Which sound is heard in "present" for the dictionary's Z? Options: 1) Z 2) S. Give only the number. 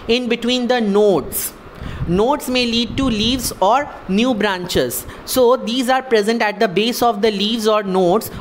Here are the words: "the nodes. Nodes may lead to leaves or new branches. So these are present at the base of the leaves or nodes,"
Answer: 1